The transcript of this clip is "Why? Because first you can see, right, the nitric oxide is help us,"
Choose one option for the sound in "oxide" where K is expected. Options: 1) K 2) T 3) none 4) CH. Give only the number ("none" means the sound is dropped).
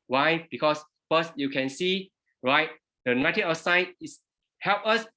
3